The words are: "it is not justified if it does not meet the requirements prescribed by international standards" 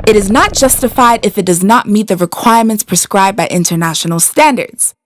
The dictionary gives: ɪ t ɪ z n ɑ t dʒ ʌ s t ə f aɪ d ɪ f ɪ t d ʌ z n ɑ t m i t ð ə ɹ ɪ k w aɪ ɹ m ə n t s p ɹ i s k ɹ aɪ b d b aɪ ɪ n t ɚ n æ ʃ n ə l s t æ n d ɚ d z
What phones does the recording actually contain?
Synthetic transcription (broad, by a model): ɪ t ɪ z n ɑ t dʒ ʌ s t ə f aɪ d ɪ f ɪ t d ʌ z n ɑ t m i t ð ə ɹ ɪ k w aɪ ɹ m ə n t s p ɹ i s k ɹ aɪ b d b aɪ ɪ n t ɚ n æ ʃ n l s t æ n d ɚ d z